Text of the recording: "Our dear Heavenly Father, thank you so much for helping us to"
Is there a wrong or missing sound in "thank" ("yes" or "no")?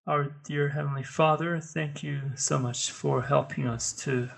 no